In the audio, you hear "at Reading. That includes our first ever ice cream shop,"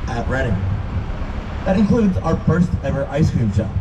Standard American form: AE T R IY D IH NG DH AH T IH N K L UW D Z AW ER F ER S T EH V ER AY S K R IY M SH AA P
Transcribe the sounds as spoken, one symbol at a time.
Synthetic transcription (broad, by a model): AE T R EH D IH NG DH AH T IH N K L UW D Z AW ER F ER S T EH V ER AY S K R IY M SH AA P